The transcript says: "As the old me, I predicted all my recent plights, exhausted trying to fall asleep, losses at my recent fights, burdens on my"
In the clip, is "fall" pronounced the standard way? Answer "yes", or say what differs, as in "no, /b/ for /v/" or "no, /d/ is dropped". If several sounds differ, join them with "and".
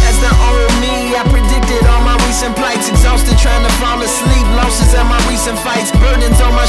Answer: no, /n/ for /l/